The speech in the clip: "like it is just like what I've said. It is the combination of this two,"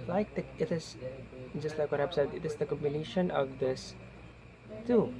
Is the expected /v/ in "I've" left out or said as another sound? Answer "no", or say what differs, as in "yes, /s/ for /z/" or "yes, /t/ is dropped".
yes, /b/ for /v/